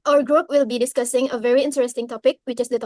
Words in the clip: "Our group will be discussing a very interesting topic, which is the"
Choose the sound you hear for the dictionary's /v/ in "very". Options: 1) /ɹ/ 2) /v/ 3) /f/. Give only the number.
2